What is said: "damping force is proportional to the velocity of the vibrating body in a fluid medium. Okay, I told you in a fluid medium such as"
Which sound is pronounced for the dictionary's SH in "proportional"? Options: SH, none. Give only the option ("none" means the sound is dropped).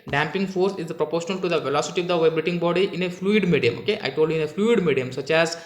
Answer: SH